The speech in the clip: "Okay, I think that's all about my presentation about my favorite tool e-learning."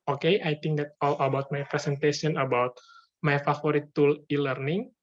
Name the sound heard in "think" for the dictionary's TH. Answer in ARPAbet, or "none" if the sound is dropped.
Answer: T